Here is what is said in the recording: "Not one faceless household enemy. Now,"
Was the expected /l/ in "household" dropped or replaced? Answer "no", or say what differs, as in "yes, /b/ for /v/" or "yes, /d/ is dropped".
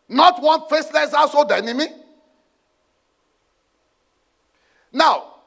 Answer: yes, /l/ is dropped